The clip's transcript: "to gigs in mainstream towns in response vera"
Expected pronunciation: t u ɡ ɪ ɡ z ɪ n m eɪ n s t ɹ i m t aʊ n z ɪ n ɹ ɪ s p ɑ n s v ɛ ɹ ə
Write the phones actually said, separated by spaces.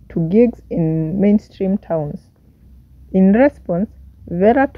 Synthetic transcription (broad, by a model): t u ɡ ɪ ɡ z ɪ n m eɪ n s t ɹ i m t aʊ n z ɪ n ɹ ɪ s p ɑ n s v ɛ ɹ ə